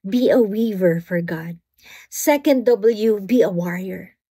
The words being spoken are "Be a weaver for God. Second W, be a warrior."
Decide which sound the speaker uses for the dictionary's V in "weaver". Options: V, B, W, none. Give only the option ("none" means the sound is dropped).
V